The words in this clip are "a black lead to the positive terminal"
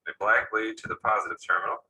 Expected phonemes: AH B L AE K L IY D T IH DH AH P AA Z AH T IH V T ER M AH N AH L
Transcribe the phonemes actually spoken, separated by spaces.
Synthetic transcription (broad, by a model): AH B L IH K L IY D T IH DH AH P AA Z AH T IH V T ER M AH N L